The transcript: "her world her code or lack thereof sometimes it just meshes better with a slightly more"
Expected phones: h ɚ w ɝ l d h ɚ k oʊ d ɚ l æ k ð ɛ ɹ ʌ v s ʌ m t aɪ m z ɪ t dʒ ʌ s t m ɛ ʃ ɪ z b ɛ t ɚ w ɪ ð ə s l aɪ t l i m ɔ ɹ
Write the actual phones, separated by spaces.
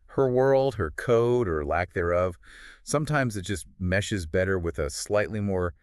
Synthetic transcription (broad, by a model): h ɚ w ɝ l d h ɚ k oʊ d ɚ l æ k ð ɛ ɹ ʌ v s ʌ m t aɪ m z ɪ t dʒ ʌ s t m ɛ ʃ ɪ z b ɛ t ɚ w ɪ ð ə s l aɪ t l i m ɔ ɹ